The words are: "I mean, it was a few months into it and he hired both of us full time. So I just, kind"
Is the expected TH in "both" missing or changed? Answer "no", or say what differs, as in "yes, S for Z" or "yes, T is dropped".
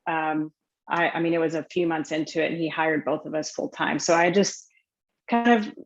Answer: no